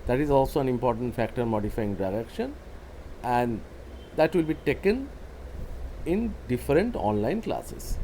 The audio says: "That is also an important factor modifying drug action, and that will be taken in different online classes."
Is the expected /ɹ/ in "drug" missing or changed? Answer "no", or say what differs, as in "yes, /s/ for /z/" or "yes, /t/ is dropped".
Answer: yes, /ɹ/ is dropped